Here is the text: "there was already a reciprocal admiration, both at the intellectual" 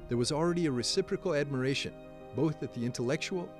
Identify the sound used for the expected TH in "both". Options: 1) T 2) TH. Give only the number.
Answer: 2